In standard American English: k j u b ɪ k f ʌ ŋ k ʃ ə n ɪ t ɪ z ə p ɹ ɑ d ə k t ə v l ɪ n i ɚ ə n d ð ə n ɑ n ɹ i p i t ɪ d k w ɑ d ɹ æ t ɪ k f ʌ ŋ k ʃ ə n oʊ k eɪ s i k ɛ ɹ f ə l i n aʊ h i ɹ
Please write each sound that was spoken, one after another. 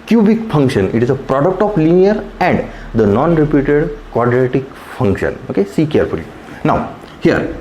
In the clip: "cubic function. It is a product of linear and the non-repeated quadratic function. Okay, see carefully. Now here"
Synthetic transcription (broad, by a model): k j u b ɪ k f ʌ ŋ k ʃ ə n ɪ t ɪ z ə p ɹ ɑ d ə k t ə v l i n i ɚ ə n d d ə n ɑ n ɹ i p i t ɪ d k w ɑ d ɹ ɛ t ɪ k f ʌ ŋ k ʃ ə n oʊ k eɪ s i k ɛ ɹ f ə l i n aʊ h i ɹ